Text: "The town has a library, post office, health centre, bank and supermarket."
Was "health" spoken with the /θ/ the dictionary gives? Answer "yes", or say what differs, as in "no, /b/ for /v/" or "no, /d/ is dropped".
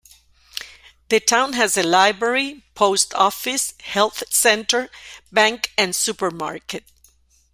yes